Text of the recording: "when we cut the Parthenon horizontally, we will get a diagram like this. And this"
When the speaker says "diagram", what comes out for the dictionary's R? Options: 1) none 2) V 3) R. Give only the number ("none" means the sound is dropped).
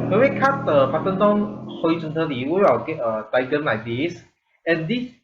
1